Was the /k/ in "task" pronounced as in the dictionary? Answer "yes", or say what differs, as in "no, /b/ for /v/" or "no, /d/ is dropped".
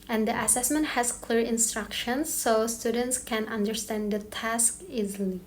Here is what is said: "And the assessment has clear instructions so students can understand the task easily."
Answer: yes